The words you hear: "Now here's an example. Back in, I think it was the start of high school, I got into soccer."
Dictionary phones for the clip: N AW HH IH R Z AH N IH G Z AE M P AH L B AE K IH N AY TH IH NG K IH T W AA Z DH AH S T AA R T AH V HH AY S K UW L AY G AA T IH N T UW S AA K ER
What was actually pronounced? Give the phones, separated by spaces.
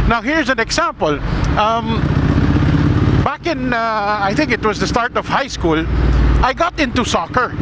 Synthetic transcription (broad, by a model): N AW HH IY R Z AH N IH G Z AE M P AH L B AE K IH N AY T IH NG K IH T W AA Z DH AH S T AA R T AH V HH AY S K UW L AY G AA T IH N T UW S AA K ER